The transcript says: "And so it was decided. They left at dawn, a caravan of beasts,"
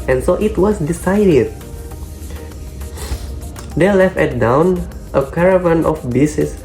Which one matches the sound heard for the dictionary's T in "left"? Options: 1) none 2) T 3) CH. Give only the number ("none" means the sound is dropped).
2